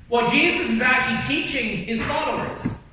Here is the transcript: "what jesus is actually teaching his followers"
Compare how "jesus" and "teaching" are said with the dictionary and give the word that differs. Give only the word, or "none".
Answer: none